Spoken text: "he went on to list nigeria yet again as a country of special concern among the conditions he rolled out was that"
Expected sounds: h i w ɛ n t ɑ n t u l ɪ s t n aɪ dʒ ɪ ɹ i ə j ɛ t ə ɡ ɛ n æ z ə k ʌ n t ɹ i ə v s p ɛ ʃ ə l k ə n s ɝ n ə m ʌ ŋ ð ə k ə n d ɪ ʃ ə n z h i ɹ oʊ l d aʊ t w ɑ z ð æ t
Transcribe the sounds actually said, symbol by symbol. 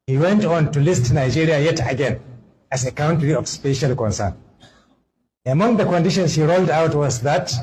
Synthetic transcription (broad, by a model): h i w ɛ n t ɑ n t u l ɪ s t n aɪ dʒ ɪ ɹ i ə j ɛ t ə ɡ ɛ n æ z ə k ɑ n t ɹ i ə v s p ɛ ʃ ə l k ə n s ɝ n ə m ʌ ŋ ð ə k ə n d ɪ ʃ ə n s h i ɹ oʊ l d aʊ t w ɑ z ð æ t